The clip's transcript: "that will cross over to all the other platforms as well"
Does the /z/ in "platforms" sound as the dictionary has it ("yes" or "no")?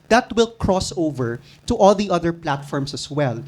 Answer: no